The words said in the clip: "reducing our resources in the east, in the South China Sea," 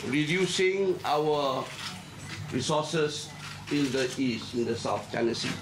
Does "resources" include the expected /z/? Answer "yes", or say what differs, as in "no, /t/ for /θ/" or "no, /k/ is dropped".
no, /s/ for /z/